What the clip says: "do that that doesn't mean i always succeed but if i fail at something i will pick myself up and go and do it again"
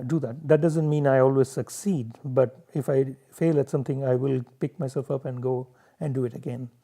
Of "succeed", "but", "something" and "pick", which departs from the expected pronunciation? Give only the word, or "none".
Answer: something